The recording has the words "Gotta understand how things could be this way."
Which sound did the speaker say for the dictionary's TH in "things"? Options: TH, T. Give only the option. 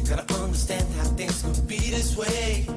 TH